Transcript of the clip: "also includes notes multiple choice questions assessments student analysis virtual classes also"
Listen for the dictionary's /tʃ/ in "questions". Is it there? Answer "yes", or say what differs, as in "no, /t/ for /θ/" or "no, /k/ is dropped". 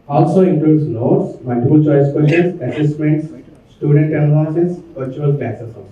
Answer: no, /tʃ/ is dropped